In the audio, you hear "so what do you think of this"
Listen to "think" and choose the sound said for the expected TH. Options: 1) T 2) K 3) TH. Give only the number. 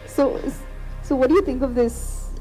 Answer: 3